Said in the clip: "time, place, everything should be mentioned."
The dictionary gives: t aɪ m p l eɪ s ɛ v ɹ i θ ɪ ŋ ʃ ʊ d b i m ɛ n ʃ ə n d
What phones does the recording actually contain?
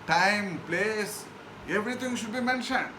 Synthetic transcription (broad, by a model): t aɪ m p l eɪ s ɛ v ɹ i t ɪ ŋ ʃ ʊ d b i m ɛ n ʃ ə n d